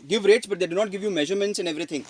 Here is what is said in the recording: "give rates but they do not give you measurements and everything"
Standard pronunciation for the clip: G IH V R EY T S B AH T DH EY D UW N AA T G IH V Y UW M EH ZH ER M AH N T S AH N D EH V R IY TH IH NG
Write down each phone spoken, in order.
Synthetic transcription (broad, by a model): G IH V R EY T S B AH T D EY D UW N AA T G IH V Y UW M EH ZH ER M AH N T S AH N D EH V R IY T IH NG